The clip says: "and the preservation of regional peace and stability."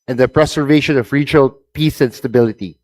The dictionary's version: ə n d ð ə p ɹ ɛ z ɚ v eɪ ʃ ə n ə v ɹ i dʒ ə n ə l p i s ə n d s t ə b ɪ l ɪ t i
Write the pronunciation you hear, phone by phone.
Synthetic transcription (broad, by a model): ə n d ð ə p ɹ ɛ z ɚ v eɪ ʃ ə n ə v ɹ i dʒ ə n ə l p i s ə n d s t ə b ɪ l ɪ t i